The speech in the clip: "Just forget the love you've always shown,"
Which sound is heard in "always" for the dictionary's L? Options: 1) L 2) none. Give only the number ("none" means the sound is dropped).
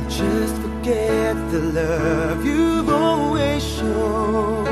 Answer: 2